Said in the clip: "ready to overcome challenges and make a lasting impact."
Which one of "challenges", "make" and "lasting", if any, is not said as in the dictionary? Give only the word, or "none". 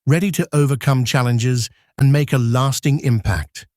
none